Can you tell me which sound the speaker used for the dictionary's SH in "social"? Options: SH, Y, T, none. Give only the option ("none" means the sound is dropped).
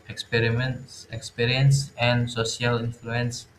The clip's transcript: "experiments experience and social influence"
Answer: none